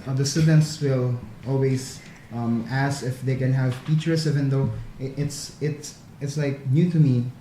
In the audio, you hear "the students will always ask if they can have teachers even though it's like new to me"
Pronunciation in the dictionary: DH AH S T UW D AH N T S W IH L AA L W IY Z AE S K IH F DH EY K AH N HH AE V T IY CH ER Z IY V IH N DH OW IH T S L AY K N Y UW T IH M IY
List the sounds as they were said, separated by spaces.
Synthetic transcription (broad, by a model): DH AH S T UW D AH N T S W IH L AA L W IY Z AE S IH F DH EY K AH N HH AE V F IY CH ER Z IY V IH N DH OW IH T S L AY K N Y UW T IH M IY